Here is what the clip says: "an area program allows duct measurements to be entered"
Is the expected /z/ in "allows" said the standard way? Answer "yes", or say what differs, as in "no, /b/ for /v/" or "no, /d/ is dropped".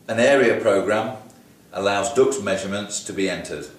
yes